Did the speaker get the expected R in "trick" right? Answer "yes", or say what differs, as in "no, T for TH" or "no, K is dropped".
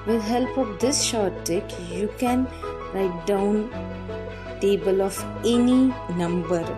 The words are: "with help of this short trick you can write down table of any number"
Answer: no, R is dropped